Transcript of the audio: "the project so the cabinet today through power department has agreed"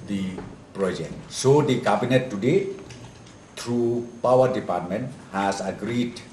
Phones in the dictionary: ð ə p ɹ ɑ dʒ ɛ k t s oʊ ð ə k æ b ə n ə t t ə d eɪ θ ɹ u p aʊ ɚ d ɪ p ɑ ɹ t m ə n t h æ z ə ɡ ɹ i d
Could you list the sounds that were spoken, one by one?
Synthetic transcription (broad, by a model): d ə p ɹ ɑ dʒ ɛ k t s oʊ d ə k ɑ b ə n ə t t ə d eɪ t ɹ u p aʊ ɚ d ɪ p ɑ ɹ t m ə n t h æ s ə ɡ ɹ i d